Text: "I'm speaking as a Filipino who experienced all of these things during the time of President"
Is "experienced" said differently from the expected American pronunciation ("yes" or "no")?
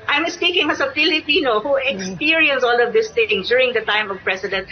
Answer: yes